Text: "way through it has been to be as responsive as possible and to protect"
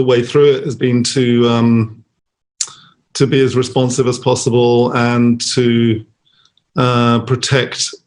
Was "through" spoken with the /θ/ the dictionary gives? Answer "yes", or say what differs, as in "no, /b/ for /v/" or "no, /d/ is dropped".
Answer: yes